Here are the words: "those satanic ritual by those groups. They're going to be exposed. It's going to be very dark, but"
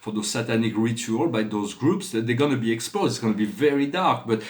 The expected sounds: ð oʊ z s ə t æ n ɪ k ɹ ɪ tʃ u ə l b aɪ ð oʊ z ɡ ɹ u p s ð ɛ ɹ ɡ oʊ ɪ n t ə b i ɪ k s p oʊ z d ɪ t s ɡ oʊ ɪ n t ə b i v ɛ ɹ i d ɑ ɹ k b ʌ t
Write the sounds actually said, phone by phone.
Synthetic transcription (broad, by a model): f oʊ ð s ə t æ n ɪ k ɹ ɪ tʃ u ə l b aɪ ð oʊ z ɡ ɹ u p s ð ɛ ɡ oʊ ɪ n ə b i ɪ k s p oʊ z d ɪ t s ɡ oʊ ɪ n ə b i v ɛ ɹ i d ɑ ɹ k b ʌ t